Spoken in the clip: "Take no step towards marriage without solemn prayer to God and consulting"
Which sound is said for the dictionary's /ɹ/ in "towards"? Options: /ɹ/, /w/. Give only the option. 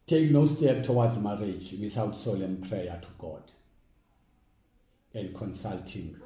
/w/